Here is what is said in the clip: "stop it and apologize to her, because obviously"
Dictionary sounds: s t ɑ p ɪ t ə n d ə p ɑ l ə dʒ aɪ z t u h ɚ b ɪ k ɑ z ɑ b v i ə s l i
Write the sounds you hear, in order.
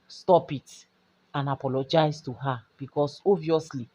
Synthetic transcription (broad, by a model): s t ɑ p ɪ t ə n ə p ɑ l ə dʒ aɪ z t u h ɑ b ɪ k ɑ s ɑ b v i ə s l i